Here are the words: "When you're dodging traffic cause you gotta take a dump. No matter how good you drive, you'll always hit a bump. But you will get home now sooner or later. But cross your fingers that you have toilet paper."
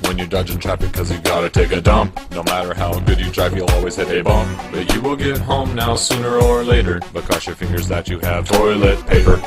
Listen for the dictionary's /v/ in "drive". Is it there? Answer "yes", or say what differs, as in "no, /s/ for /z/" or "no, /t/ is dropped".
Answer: no, /p/ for /v/